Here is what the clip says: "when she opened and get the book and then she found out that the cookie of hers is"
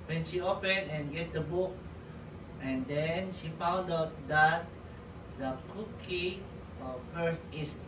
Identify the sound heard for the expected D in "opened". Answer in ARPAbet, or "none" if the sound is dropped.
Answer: none